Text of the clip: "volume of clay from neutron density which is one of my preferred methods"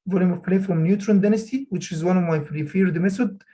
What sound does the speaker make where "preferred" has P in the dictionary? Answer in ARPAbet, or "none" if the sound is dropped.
F